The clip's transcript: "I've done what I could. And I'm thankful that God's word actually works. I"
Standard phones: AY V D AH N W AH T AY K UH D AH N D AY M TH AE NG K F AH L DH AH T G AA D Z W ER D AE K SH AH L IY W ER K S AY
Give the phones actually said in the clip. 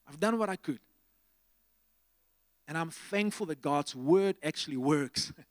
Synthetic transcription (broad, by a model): AY V D AH N W AH T AY K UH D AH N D AY M TH AE NG K F AH L DH AH T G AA D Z W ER D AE K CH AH L IY W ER K S